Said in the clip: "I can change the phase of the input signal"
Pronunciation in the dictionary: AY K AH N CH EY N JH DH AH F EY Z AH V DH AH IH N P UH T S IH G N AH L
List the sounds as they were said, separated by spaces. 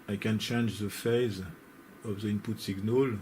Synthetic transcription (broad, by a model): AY K AH N CH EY N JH DH AH F EY Z AH V DH AH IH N P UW T S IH G N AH L